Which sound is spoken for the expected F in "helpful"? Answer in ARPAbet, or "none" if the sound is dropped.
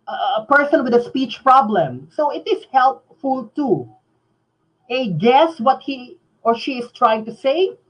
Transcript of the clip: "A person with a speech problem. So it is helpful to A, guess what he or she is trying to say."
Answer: F